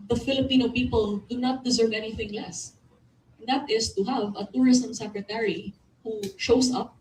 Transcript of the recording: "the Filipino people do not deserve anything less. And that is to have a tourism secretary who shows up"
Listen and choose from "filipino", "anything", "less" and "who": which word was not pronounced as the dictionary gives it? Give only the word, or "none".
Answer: none